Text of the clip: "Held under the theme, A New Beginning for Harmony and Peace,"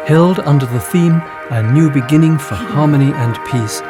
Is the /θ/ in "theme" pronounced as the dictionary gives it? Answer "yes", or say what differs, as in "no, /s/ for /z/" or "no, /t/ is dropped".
yes